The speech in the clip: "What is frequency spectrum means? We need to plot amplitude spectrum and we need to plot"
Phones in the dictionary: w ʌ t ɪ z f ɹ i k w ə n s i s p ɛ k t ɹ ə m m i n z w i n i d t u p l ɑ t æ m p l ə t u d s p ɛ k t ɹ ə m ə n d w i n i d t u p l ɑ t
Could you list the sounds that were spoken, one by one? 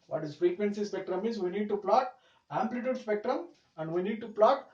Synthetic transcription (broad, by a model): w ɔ t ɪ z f ɹ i k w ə n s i s p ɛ k t ɹ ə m m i z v i n i d t u p l ɑ t æ m p l ə t u d s p ɛ k t ɹ ə m ə n d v i n i d t u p l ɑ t